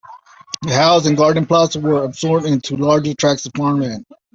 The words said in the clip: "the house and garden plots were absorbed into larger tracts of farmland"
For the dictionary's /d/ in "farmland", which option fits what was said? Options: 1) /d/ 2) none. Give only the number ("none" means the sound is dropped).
2